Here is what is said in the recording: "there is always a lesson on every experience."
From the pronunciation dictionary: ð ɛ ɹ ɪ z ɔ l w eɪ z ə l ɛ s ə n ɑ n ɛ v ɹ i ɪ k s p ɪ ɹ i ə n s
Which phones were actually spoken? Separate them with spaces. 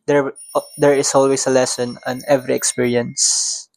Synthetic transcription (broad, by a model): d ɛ ɹ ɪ s ɔ l w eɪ s ə l ɛ s ə n ɑ n ɛ v ɹ i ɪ k s p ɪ ɹ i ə n s